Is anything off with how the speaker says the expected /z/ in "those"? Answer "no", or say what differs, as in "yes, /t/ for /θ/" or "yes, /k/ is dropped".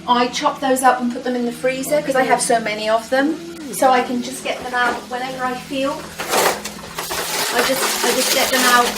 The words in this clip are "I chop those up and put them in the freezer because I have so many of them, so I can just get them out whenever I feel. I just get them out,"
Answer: no